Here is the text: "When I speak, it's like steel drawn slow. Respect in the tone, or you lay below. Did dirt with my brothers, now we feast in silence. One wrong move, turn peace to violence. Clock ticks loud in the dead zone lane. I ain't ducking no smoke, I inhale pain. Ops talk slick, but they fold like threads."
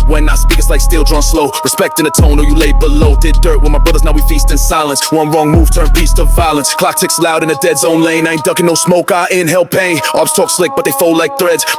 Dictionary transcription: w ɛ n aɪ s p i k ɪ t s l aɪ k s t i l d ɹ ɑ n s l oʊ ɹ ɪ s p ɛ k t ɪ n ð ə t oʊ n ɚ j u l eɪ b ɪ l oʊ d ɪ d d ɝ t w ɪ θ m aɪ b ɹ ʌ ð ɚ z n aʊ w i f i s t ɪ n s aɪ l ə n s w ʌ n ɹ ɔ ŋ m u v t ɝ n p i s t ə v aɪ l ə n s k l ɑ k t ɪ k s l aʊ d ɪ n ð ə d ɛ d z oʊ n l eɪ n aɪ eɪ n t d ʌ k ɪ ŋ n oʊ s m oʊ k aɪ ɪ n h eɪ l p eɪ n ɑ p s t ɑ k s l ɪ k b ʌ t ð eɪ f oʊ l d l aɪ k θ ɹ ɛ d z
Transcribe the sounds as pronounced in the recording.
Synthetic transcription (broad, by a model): w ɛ n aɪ s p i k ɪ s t l aɪ k s t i l d ɹ ɑ n s l oʊ ɹ ɪ s p ɛ k t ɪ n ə t oʊ n ɚ j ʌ l eɪ b ɪ l oʊ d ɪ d d ɝ t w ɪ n m aɪ b ɹ ʌ ð ɚ z n aʊ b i f i s t ɪ n s aɪ l ə n s w ʌ n ɹ ɔ ŋ m u v t ɝ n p i s t ə v aɪ l ə n s k l ɑ k t ɪ k s l aʊ d ɪ n ð ə d ɛ d z oʊ n l eɪ n aɪ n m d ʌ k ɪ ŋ n oʊ s m oʊ k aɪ ɪ n h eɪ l p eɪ ɑ b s t ɑ k s l ɪ k b ʌ t ð eɪ f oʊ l l aɪ k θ ɹ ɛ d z